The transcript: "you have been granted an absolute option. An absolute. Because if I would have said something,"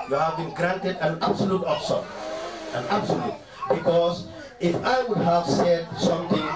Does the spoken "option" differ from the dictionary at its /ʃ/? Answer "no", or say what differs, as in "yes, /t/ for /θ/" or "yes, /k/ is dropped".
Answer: yes, /s/ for /ʃ/